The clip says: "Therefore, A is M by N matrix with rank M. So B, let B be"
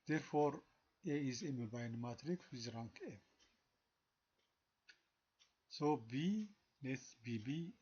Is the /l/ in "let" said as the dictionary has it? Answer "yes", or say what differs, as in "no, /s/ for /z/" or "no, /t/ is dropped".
no, /n/ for /l/